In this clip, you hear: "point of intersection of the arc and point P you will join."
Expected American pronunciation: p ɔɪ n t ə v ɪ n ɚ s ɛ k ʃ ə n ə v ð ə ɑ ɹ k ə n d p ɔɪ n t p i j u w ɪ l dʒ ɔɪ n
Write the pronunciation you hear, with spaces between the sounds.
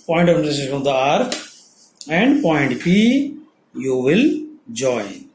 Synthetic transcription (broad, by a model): p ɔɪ n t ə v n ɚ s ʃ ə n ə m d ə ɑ ɹ ə n d p ɔɪ n t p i j u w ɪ l dʒ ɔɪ n